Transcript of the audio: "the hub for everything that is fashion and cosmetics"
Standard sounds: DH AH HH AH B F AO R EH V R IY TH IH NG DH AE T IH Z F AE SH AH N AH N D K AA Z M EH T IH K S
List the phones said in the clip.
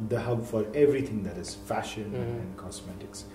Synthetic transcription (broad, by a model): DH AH HH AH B F AO R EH V R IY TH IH NG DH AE T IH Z F AE SH AH N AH N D K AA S M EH T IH K S